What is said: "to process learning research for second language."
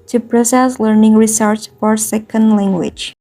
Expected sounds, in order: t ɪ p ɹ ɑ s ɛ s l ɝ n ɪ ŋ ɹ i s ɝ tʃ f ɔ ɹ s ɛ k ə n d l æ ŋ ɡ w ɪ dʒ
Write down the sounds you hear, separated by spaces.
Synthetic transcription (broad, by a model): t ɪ p ɹ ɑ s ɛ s l ɝ n ɪ ŋ ɹ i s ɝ s f ɔ ɹ s ɛ k ə n d l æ ŋ ɡ w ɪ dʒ